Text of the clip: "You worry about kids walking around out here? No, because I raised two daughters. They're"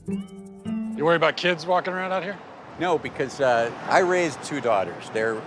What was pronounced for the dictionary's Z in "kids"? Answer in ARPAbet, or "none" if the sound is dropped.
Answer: Z